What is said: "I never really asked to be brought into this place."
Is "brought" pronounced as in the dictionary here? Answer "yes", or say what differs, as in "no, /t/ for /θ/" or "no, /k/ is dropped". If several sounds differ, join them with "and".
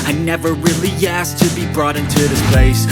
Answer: yes